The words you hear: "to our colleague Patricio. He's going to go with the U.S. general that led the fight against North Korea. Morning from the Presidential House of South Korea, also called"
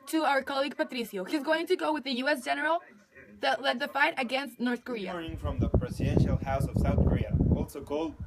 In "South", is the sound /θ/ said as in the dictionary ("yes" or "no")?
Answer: yes